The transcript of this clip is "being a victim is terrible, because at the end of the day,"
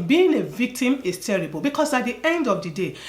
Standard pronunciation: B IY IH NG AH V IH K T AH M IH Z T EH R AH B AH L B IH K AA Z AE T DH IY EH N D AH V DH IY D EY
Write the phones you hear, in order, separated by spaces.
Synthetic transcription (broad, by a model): B IY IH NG AH V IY K T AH M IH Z T EH R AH B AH L B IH K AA S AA T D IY EH N D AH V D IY D EY